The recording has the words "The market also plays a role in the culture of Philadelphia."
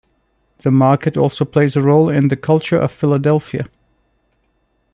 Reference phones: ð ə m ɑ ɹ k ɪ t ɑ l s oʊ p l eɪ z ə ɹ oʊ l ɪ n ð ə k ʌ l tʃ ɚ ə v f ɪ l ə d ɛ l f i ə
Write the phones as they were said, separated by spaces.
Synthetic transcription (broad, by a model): ð ə m ɑ ɹ k ɪ t ɑ l s oʊ p l eɪ z ə ɹ oʊ l ɪ n ð ə k ʌ l tʃ ɚ ə v f ɪ l ə d ɛ l f i ə